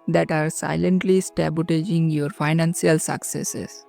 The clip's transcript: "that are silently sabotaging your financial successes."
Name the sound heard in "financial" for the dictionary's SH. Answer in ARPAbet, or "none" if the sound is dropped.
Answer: S